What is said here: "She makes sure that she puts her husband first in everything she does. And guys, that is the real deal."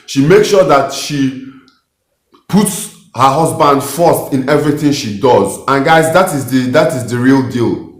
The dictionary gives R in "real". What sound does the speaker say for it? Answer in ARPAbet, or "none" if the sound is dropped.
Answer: R